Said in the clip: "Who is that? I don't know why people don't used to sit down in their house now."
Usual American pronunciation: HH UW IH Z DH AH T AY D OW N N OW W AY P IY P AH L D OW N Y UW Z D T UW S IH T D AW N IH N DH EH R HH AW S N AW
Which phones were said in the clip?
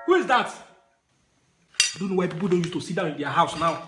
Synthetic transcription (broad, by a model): HH UW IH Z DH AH T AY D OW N N OW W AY P IY P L D OW N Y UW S T UW S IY T D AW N IH N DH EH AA HH AW S N AW